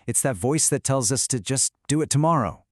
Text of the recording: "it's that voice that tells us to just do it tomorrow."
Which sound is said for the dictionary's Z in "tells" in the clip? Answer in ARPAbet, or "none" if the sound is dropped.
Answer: Z